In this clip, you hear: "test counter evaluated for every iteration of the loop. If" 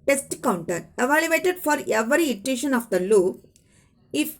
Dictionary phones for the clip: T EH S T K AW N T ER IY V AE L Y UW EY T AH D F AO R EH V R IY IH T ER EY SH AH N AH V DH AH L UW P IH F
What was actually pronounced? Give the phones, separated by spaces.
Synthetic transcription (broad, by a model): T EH S T K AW N T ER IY V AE L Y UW EY T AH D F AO R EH V R IY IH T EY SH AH N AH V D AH L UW IH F